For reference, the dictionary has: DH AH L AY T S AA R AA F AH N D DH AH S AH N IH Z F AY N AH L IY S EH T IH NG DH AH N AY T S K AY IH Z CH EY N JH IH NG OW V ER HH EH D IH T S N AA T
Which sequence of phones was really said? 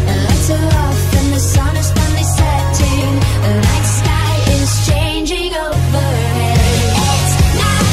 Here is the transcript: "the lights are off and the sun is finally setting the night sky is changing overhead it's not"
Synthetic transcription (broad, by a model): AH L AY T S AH L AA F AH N DH AH S AH N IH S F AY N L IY S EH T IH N DH AH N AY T S K AY IH Z CH EY N JH IH NG OW V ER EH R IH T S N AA